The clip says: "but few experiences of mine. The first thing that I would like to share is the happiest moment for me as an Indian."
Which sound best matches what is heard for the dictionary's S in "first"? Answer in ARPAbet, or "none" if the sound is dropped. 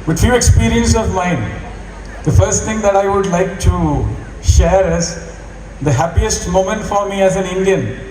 S